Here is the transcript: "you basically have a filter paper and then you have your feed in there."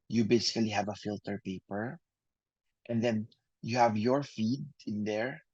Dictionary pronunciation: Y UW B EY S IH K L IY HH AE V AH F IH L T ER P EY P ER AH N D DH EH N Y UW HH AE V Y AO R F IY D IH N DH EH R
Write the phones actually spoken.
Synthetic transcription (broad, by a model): Y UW B EY S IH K L IY HH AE V AH F IH L T ER P EY P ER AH N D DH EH N Y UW HH AE V Y AO R F IY D IH N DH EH R